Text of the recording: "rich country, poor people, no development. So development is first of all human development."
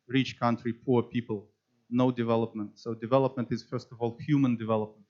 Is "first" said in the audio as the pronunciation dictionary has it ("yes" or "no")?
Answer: yes